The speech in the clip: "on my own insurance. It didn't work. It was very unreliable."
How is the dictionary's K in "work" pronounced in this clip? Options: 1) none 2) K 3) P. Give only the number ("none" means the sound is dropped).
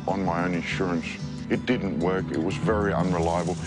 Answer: 2